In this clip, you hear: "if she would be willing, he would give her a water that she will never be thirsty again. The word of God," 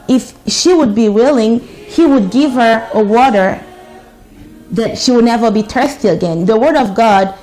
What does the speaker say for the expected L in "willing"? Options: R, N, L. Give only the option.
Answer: L